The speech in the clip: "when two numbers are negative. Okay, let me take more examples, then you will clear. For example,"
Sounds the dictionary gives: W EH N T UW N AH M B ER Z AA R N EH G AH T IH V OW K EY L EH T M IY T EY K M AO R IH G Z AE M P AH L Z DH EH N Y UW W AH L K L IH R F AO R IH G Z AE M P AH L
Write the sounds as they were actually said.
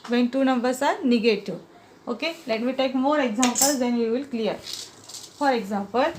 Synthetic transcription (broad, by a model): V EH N T UW N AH M B ER S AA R N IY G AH T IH OW K EY L EH T M IY T EY K M AO R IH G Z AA M P AH L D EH N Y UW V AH L K L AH R F AO R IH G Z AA M P AH L